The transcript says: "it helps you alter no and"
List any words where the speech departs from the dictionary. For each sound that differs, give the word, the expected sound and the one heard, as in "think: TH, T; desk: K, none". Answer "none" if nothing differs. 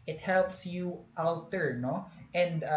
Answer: alter: L, W